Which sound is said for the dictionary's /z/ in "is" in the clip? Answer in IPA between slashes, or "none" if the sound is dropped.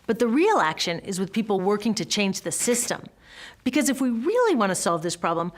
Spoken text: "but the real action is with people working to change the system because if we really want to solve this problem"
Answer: /z/